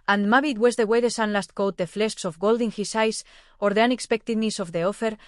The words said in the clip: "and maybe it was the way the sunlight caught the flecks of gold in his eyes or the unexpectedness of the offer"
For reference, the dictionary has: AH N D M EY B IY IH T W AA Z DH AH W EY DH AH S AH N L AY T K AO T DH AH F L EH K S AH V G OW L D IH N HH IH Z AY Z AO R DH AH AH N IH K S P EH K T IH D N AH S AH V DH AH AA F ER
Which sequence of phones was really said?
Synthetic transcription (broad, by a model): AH N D M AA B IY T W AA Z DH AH W EY DH AH S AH N L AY T K AO T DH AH F L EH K S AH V G OW L D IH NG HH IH S AY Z AO R DH AH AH N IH K S P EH K T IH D N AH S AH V DH AH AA F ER